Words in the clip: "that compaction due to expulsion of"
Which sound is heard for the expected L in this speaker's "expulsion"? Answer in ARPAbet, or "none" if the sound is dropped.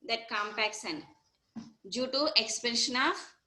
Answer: N